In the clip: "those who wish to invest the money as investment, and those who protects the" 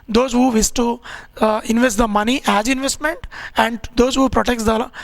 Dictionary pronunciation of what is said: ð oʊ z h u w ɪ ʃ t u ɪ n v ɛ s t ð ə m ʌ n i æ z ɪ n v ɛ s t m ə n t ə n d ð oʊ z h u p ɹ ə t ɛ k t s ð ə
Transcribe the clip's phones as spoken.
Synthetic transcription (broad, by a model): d oʊ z h u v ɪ s t u ɪ n v ɛ s t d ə m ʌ n i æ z ɪ n v ɛ s t m ə n t ə n d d oʊ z h u p ɹ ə t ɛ k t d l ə